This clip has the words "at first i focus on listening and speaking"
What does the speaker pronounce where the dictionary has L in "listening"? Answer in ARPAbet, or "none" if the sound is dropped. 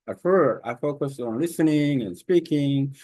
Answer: L